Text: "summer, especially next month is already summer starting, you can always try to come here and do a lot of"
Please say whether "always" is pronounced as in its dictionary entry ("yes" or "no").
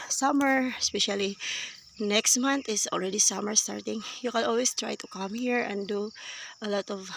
no